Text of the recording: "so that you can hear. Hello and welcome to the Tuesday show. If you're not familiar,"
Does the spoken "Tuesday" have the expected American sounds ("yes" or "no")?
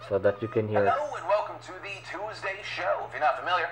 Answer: yes